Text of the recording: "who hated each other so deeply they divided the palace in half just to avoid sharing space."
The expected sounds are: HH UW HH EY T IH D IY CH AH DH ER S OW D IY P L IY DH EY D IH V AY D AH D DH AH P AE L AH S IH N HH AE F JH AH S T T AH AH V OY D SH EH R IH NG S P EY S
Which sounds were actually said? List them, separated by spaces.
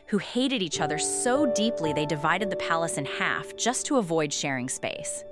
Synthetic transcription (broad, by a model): HH UW HH EY T IH D IY CH AH DH ER S OW D IY P L IY DH EY D IH V AY D AH D DH AH P AE L AH S IH N HH AE F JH AH S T T AH AH V OY D SH EH R IH NG S P EY S